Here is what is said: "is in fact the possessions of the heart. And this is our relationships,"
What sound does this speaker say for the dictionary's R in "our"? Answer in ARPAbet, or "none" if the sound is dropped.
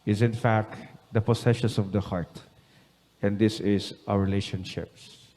W